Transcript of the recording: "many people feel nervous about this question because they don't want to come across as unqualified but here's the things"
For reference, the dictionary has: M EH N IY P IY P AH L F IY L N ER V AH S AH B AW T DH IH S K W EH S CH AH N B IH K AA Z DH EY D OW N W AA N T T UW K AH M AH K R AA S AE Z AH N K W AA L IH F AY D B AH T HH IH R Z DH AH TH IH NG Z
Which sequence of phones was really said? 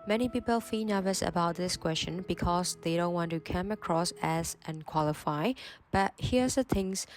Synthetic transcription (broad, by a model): M EH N IY P IY P AH L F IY N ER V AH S AH B AW T DH IH S K W EH S CH AH N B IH K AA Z DH EY D OW N W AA N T T UW K AH M AH K R AA S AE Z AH N K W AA L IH F AY B AH T HH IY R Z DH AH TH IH NG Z